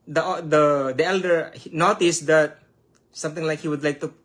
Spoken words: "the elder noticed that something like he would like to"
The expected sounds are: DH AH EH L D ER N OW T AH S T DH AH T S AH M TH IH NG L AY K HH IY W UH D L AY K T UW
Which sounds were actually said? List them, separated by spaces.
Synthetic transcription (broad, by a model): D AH EH L D ER N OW T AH S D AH T S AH M T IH NG L AY K HH IY W UH D L AY K T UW